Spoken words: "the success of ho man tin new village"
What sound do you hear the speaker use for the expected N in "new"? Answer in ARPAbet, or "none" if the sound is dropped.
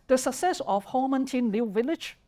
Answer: L